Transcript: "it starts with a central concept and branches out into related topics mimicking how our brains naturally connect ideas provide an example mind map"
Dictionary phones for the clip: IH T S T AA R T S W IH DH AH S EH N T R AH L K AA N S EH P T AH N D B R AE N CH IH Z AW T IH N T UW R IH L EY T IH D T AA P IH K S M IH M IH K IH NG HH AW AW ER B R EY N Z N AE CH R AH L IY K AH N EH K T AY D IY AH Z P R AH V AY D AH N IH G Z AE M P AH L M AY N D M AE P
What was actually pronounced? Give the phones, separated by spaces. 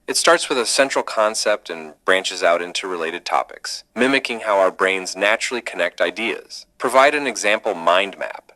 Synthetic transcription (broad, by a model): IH T S T AA R T S W IH DH AH S EH N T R L K AA N S EH P T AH N B R AE N CH IH Z AW T IH N T UW R IH L EY T IH D T AA P IH K S M IH M IH K IH NG HH AW AW ER B R EY N Z N AE CH R L IY K AH N EH K T AY D IY AH Z P R AH V AY D AH N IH G Z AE M P L M AY N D M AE P